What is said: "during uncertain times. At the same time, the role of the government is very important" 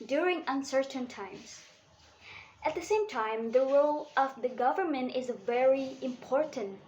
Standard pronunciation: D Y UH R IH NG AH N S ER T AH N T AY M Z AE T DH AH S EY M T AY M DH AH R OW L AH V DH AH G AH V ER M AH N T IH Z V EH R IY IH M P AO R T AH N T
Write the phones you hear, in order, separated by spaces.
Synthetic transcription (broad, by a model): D Y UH R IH NG AH N S ER T AH N T AY M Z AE T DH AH S EY M T AY M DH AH R OW L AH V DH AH G AH V ER M AH N T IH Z V EH R IY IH M P AO R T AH N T